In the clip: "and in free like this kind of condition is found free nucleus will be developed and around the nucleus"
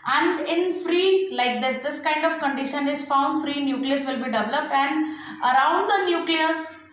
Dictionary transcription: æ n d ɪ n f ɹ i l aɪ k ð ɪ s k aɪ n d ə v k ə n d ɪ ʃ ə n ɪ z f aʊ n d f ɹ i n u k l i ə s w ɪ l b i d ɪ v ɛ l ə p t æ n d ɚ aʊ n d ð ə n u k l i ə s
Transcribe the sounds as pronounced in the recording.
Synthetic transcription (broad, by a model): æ n d ɪ n f ɹ i l aɪ k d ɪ s k aɪ n d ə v k ə n d ɪ ʃ ə n ɪ z f aʊ n d f ɹ i n u k l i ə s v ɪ l b i d ɪ v ɛ l ə p t æ n d ɚ aʊ n d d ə n u k l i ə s